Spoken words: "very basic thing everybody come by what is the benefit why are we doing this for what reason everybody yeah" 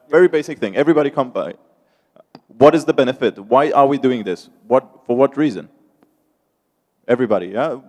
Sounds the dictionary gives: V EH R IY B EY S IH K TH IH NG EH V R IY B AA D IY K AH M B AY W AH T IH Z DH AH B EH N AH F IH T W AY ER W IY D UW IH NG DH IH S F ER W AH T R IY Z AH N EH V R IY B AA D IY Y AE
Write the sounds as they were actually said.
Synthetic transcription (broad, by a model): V EH R IY B EY S IH K TH IH NG EH V R IY B AA D IY K AH M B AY W AH T IH Z DH AH B EH N AH F IH T W AY ER W IY D UW IH NG DH IH S F ER W AH T R IY Z AH N EH V R IY B AA D IY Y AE